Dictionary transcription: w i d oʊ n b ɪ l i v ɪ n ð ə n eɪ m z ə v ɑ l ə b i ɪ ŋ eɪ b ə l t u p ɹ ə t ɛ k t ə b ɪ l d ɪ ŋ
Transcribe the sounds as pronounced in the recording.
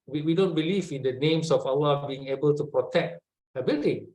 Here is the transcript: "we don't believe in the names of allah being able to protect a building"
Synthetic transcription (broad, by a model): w i d oʊ n b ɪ l i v ɪ n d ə n eɪ m s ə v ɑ w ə b i ɪ ŋ eɪ b ə l t u p ɹ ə t ɛ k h ə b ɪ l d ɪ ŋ